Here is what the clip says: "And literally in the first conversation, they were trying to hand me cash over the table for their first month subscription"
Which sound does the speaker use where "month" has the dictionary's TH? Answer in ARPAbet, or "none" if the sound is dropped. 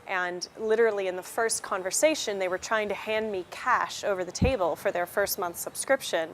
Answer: TH